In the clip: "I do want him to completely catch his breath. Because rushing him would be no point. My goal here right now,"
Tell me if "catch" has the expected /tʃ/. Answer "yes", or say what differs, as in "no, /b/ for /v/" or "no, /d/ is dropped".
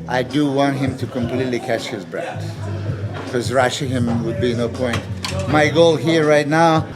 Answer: yes